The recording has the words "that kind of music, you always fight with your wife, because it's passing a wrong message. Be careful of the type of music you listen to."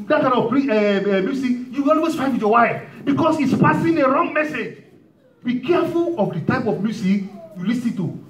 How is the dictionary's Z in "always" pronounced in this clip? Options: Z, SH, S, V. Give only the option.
S